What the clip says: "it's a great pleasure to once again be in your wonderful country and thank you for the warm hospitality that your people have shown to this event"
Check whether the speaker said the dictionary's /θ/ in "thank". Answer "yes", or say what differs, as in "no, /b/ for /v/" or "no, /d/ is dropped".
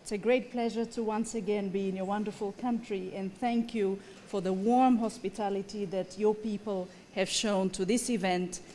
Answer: yes